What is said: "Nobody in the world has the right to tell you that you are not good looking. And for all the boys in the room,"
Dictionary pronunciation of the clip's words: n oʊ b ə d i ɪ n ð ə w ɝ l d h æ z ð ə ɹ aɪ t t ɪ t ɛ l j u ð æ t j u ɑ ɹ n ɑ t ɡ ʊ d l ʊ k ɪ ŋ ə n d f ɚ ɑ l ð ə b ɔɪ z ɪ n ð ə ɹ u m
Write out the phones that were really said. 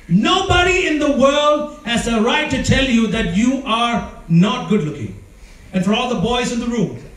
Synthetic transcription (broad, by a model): n oʊ b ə d i ɪ n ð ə w ɝ l d h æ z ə ɹ aɪ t t ɪ t ɛ l j u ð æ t j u ɑ ɹ n ɑ t ɡ ʊ d l ʊ k ɪ ŋ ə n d f ɚ ɑ l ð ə b ɔɪ z ɪ n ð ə ɹ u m